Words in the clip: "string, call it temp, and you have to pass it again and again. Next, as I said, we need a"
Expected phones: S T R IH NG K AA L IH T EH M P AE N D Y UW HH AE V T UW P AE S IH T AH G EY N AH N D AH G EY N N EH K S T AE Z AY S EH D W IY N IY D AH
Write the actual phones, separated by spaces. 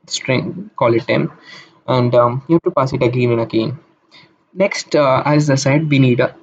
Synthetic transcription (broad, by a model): S T R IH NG K AA L IH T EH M AE N D Y UW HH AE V T UW P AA S IH T AH G EY N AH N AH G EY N N EH K S T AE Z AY S EH D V IY N IY D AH